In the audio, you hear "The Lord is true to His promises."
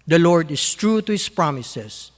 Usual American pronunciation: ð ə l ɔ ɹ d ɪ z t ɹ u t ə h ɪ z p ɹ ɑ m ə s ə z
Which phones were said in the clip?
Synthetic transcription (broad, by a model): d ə l ɔ ɹ d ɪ s t ɹ u t ə h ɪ s p ɹ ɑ m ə s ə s